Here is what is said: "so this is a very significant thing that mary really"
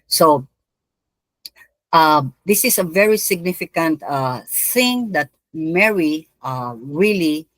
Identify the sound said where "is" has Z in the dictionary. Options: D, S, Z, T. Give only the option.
S